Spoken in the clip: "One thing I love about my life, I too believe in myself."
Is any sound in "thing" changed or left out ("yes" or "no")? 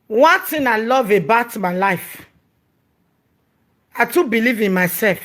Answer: yes